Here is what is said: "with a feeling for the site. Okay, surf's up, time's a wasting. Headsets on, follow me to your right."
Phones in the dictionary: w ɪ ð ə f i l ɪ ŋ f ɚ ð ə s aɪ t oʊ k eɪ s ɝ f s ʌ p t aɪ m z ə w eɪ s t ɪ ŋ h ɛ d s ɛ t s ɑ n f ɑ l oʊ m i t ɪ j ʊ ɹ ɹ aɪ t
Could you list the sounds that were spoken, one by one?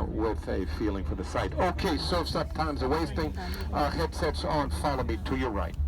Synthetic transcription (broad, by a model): w ɪ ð ə f i l ɪ ŋ f ɚ ð ə s aɪ t oʊ k eɪ s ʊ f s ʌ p t aɪ m z ə w eɪ s t ɪ ŋ h ɛ d s ɛ t s n f ɑ l oʊ m i t ɪ j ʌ ɹ ɹ aɪ t